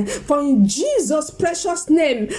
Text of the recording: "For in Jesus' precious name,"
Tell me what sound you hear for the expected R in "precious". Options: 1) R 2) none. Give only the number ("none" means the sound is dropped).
1